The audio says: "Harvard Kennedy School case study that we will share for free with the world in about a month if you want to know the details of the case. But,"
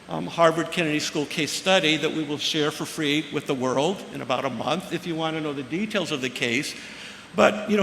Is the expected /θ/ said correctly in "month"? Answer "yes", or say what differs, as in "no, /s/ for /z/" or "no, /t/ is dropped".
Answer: yes